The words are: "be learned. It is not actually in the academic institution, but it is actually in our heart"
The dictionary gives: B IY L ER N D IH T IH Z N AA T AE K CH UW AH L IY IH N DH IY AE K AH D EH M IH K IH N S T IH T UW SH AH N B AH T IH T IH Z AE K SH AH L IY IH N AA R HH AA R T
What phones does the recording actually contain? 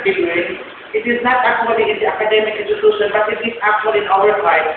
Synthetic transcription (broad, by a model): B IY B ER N IH T IH Z N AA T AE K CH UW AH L IY IH N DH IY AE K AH D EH M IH K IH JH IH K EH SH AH N B AH T IH T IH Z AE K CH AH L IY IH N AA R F AA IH